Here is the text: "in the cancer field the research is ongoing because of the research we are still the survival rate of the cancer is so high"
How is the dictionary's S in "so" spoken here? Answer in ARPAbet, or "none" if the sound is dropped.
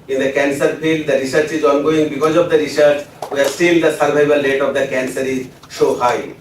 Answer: SH